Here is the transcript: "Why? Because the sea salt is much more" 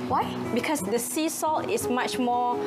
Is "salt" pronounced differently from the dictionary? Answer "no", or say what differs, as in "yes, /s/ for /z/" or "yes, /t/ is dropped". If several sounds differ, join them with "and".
no